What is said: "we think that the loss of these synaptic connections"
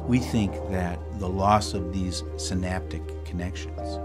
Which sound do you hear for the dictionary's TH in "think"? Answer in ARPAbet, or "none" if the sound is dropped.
TH